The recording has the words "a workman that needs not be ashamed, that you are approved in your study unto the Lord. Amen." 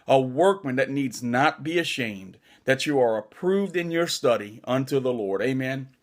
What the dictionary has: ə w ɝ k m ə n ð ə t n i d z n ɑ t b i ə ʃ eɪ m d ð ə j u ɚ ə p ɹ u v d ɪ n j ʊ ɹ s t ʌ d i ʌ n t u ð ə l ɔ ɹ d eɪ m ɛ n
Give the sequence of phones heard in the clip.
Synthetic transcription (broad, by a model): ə w ɝ k m ə n ð ə t n i d z n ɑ t b i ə ʃ eɪ m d ð ə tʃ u ɚ ə p ɹ u v d ɪ n j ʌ ɹ s t ʌ d i ʌ n t u ð ə l ɔ ɹ d eɪ m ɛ n